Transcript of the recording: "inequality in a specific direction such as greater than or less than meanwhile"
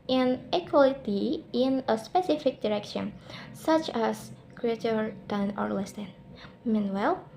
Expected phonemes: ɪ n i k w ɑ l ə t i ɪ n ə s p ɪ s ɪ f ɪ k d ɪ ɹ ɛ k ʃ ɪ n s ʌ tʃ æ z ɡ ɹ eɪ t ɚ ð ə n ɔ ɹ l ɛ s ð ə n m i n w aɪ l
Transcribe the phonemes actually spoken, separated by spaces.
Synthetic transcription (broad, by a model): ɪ n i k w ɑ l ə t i ɪ n ə s p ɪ s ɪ f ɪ k d ɪ ɹ ɛ k ʃ ɪ n s ʌ tʃ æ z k ɹ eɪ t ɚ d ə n ɔ ɹ l ɛ s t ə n m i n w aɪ l